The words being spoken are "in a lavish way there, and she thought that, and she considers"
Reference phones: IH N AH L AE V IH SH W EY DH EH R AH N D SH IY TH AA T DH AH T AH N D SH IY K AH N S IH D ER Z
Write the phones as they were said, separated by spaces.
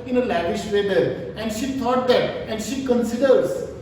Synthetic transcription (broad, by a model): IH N AH L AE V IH SH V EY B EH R AH N D SH IY T AA T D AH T AH N D SH IY K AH N S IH D ER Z